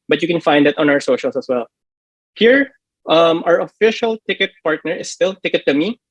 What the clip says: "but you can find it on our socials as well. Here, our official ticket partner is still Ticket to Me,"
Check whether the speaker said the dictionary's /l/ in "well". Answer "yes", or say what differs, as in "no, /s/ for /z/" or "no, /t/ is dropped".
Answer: yes